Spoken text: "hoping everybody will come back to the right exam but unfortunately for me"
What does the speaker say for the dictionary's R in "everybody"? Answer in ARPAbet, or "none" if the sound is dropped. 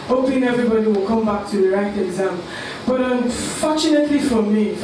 R